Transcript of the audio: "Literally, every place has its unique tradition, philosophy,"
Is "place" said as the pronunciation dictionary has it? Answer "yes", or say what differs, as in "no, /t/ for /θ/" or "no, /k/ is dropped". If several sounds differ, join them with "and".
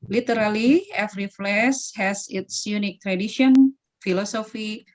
no, /f/ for /p/